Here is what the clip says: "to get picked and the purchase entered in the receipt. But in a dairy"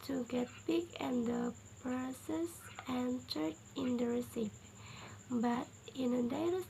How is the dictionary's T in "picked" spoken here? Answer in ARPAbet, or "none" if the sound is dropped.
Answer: none